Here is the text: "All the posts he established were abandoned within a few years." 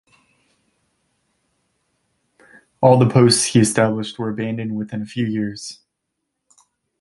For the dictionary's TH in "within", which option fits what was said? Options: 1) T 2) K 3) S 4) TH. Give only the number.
4